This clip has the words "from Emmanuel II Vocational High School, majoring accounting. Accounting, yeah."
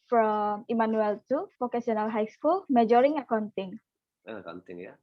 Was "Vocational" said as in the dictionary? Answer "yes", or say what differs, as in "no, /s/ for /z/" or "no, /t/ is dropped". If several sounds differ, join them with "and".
no, /s/ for /ʃ/